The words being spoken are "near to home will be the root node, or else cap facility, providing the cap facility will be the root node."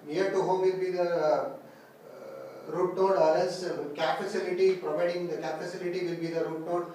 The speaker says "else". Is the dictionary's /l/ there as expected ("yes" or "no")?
no